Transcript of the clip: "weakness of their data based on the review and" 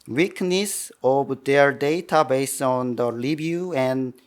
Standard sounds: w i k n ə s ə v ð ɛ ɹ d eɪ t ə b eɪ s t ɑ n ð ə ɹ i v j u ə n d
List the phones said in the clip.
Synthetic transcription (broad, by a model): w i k n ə s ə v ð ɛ ɹ d eɪ t ə b eɪ s t ɑ n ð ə l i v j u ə n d